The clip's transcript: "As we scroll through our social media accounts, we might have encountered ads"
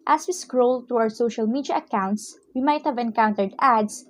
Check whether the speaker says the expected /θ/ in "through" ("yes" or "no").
no